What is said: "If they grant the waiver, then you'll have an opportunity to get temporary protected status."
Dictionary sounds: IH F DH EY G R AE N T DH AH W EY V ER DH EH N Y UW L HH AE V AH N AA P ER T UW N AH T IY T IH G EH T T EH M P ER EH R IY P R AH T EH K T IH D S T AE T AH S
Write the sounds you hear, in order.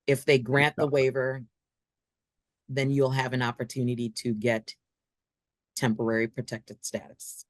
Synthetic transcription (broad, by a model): IH F DH EY G R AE N DH AH W EY V ER DH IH N Y UW L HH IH V AH N AA P ER T UW N AH T IY T IH G EH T T EH M P ER EH R IY P R AH T EH K T IH D S T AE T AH S